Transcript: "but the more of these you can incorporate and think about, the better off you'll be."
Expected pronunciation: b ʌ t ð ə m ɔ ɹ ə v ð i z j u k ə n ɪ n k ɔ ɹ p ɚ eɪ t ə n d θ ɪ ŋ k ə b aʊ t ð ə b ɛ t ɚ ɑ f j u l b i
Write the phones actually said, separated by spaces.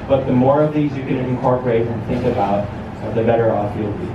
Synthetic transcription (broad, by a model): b ʌ t ð ə m ɔ ɹ ə v ð i z j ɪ k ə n ɪ n k ɔ ɹ p ɚ eɪ t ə n θ ɪ ŋ k ə b aʊ t ð ə b ɛ t ɚ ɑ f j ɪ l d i